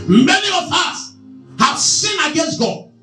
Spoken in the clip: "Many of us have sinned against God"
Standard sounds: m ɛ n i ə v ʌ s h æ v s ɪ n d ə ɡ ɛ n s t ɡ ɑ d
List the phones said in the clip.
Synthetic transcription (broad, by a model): m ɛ n i ə v ʌ s h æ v s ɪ n ə ɡ ɛ n s t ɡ ɑ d